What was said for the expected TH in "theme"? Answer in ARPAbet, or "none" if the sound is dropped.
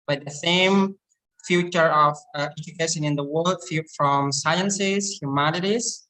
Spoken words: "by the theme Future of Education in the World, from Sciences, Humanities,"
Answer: S